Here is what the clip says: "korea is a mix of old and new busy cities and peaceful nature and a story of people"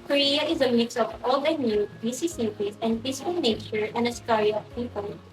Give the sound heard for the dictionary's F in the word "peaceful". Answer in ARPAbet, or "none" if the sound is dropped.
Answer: none